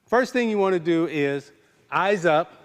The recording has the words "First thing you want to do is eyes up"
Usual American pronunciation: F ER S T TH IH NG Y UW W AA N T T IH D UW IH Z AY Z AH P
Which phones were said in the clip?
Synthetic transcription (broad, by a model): F ER S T TH IH NG Y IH W AA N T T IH D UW IH Z AY Z AH P